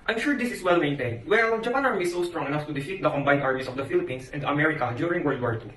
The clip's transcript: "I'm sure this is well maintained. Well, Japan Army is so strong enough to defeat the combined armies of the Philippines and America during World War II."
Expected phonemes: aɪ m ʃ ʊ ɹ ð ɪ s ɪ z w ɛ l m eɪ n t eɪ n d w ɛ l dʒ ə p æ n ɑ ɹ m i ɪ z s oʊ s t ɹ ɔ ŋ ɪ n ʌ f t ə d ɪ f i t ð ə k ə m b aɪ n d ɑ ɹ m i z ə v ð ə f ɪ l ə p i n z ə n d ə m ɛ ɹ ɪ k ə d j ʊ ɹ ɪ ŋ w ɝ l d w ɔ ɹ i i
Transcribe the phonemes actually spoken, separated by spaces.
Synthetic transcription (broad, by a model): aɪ m ʃ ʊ ɹ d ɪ s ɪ s w ɛ l m eɪ n t eɪ n d w ɛ l dʒ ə p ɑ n ɑ ɹ m i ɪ s oʊ s t ɹ ɔ ŋ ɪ n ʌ f t ə d ɪ f i t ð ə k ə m b aɪ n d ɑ ɹ m i s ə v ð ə f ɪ l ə p i n s ə n d ə m ɛ ɹ ɪ k ə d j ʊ ɹ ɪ ŋ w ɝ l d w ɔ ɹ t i